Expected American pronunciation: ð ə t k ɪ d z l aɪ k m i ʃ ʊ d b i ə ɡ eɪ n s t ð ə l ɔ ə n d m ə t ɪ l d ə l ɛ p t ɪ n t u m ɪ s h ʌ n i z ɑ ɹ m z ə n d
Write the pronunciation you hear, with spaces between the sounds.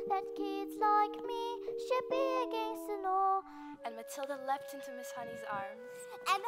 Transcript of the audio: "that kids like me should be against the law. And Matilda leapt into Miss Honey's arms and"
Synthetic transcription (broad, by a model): ð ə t k ɪ d z l aɪ k m i ʃ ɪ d b i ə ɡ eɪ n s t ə n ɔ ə n m ə t ɪ l d ə l ɛ p t ɪ n t u m ɪ s h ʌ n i z ɑ ɹ m z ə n